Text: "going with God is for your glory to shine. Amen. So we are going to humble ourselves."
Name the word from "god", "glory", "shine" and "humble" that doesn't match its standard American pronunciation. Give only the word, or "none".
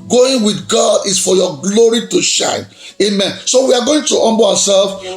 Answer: humble